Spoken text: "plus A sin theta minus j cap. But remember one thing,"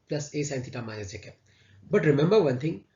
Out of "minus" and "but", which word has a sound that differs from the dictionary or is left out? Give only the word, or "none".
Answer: minus